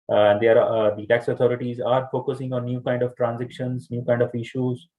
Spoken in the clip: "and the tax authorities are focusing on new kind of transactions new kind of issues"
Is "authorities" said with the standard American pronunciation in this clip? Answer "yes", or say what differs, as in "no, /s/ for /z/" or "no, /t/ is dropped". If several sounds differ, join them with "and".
no, /t/ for /θ/